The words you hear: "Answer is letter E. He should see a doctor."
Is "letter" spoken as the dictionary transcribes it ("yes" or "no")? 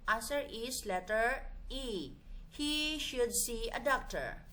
yes